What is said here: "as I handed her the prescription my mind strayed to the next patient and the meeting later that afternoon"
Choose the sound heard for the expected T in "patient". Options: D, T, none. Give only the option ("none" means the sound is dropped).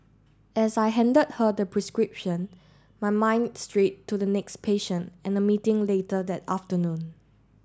T